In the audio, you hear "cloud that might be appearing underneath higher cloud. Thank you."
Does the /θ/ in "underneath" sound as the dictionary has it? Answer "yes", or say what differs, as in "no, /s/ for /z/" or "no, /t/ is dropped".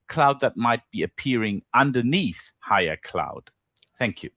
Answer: yes